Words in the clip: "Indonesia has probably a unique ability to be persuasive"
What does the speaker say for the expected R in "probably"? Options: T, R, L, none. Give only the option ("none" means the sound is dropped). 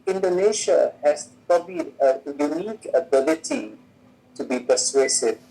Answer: R